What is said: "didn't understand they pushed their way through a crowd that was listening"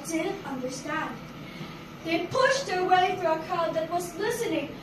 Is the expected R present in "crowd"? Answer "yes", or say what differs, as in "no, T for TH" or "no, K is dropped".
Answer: no, R is dropped